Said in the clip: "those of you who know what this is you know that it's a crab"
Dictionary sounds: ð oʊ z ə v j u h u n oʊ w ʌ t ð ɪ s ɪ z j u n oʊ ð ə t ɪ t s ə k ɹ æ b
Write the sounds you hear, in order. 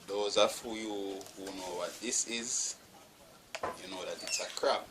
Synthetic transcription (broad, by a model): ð oʊ z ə f j u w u n oʊ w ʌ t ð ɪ s ɪ z j u n oʊ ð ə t ɪ t s ə k ɹ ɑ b